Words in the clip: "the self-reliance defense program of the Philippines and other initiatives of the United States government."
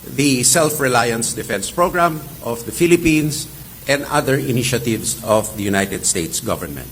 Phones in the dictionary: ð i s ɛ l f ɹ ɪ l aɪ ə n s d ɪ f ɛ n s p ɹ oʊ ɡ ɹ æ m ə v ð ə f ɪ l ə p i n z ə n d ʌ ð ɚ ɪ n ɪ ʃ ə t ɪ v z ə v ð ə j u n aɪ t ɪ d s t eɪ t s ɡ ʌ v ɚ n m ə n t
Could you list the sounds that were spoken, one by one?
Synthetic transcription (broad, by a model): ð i s ɛ l f ɹ ɪ l aɪ ə n s d ɪ f ɛ n s p ɹ oʊ ɡ ɹ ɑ m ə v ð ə f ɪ l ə p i n s ə n d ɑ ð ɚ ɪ n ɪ ʃ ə t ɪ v s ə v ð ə j u n aɪ t ɪ d s t eɪ t s ɡ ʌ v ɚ n m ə n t